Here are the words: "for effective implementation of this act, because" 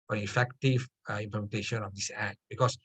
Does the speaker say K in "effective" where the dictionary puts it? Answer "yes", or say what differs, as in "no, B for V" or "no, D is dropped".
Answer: yes